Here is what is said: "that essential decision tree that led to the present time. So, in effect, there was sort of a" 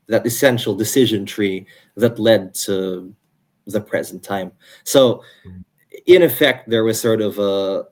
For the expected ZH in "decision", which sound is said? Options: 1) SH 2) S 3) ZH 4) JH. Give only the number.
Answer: 3